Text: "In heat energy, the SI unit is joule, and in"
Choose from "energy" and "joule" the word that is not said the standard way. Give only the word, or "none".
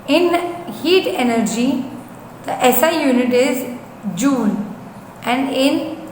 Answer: joule